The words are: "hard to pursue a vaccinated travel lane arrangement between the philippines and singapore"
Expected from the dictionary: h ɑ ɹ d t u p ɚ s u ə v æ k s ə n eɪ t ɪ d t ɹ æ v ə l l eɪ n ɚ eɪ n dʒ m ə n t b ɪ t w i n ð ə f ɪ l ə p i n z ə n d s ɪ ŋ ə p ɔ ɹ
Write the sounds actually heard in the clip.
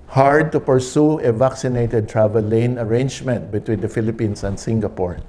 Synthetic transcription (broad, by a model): h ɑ ɹ d t u p ɚ s u ə v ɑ k s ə n eɪ t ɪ d t ɹ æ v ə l l eɪ n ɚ eɪ n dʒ m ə n t b ɪ t w i n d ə f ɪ l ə p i n s ə n d s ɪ ŋ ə p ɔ ɹ